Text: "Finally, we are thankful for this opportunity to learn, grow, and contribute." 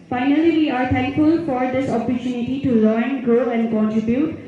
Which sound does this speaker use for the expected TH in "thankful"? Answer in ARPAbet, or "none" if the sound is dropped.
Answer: T